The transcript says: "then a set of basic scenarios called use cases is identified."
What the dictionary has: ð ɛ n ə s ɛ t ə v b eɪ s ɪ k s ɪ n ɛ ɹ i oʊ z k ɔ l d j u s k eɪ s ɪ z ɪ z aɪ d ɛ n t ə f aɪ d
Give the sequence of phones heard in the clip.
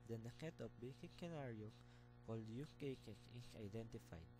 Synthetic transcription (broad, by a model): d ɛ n ə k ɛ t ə p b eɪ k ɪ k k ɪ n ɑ ɹ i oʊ k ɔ l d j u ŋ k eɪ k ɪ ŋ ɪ s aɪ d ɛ n t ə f aɪ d